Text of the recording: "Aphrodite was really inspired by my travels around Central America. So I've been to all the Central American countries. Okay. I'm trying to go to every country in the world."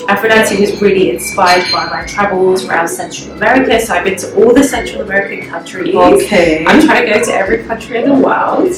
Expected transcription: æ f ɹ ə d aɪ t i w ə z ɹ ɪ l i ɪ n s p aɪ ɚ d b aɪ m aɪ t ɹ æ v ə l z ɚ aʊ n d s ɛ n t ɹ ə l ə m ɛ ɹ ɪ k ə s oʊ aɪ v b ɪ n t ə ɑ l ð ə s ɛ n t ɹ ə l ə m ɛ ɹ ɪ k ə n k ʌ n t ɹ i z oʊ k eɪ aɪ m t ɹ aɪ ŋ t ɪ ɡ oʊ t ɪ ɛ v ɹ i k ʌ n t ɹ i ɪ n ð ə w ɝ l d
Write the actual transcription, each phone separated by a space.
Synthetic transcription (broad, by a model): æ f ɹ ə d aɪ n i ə z ɹ ɪ l i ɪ n s p aɪ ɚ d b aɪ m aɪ t ɹ æ v ə l z ɚ aʊ n d s ɛ n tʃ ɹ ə l ə m ɛ ɹ ɪ k ə s oʊ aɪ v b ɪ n t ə ɑ l ð ə s ɛ n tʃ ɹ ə l ə m ɛ ɹ ɪ k ə n k ʌ n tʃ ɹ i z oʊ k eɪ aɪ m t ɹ aɪ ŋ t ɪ ɡ oʊ t ɪ ɛ v ɹ i k ʌ n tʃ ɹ i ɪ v ð ə w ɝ l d